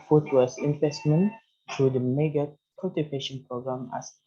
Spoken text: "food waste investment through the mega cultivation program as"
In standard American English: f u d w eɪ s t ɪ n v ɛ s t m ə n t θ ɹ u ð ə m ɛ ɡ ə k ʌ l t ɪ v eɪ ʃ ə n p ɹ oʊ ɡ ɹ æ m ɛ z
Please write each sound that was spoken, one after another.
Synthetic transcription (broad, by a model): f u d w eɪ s ɪ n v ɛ s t m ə n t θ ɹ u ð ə m ɛ ɡ ə k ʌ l t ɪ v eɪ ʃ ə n p ɹ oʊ ɡ ɹ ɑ m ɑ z